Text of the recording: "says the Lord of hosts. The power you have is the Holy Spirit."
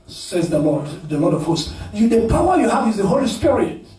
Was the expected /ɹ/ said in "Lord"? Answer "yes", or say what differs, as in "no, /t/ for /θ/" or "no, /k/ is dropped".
no, /l/ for /ɹ/